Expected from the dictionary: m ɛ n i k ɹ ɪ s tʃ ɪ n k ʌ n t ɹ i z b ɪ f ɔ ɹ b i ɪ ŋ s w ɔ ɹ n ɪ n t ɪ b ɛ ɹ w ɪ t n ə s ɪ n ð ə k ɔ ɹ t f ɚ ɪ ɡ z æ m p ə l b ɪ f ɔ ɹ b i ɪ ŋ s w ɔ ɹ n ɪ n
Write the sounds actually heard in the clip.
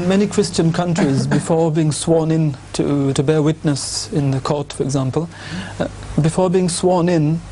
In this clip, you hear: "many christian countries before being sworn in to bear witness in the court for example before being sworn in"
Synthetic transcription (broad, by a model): m ɛ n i k ɹ ɪ s tʃ ɪ n k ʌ n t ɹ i z b ɪ f ɔ ɹ b i ɪ ŋ s w ɔ ɹ n ɪ n t ɪ b ɛ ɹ w ɪ t n ə s ɪ n ð ə k ɔ ɹ t f ɚ ɪ ɡ z æ m p ə l b ɪ f ɔ ɹ b i ɪ ŋ s w ɔ ɹ n ɪ n